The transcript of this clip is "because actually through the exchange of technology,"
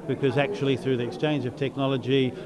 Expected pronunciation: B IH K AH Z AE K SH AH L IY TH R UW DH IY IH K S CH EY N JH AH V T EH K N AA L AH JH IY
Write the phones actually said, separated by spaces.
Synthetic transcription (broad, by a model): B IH K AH Z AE K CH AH L IY TH R UW DH IY IH K S CH EY N JH AH V T EH K N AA L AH JH IY